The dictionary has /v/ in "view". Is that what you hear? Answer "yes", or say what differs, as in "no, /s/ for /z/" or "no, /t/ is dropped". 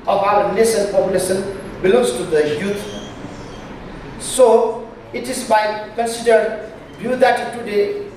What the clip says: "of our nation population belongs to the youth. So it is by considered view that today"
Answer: no, /b/ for /v/